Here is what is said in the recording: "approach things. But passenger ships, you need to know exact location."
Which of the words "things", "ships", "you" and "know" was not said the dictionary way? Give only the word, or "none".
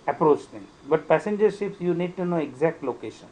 things